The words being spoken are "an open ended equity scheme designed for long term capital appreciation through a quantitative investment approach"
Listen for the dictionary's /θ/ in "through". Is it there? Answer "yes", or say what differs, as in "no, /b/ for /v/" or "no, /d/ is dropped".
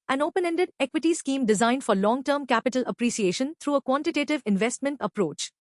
no, /t/ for /θ/